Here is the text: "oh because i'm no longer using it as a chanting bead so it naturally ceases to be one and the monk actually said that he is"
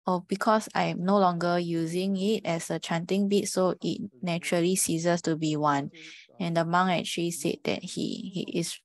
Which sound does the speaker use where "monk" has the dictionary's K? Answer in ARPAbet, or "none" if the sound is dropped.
none